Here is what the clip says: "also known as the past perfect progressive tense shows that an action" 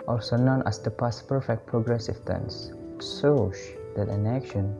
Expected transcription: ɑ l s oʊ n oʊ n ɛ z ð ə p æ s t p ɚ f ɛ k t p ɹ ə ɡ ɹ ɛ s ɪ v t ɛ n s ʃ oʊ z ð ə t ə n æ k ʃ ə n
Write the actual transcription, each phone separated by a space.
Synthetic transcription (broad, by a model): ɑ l s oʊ n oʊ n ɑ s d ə p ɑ s p ɚ f ɛ k t p ɹ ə ɡ ɹ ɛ s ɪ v t ɛ n s s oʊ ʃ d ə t ə n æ k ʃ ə n